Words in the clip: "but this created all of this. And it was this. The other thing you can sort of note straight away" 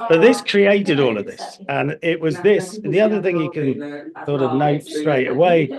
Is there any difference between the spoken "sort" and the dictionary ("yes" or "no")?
yes